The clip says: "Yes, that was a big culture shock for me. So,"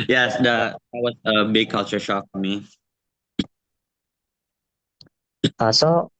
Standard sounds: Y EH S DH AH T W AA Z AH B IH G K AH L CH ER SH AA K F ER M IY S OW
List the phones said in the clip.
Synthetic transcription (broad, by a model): Y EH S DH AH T W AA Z AH B IH G K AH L CH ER SH AA K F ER M IY S OW